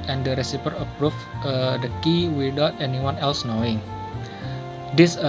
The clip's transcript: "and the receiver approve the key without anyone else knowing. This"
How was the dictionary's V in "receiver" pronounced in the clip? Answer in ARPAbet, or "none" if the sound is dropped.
P